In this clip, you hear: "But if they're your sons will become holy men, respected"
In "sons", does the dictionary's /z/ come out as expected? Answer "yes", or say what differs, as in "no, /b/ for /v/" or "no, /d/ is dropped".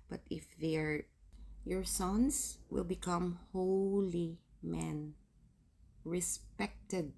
no, /s/ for /z/